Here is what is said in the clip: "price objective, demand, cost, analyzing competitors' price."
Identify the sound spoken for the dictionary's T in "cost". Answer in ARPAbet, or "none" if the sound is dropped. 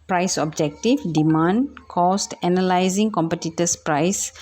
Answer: T